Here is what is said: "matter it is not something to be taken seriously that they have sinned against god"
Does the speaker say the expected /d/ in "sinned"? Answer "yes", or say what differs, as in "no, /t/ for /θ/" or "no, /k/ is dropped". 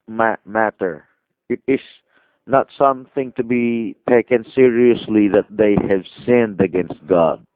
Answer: yes